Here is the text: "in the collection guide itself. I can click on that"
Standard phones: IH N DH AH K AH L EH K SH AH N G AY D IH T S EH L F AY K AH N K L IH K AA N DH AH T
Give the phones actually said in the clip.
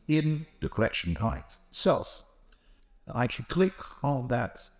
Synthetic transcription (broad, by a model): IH N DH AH K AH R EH K SH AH N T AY IH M S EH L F AY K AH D K L IH K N DH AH T